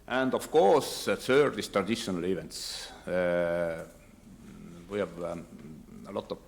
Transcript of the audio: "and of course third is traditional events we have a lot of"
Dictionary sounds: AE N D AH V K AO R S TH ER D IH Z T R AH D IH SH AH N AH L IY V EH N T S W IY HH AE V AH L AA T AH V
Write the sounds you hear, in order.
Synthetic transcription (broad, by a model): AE N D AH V K AO R S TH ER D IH S T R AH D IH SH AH N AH L IY V EH N T S W IY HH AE V AH L AA T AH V